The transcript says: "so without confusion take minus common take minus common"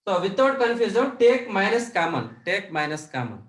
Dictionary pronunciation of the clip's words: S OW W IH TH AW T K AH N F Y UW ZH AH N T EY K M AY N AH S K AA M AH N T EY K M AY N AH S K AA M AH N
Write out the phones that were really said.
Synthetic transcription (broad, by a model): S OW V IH T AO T K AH N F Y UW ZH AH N T EY K M AY N AH S K AA M AH N T EY K M AY N AH S K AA M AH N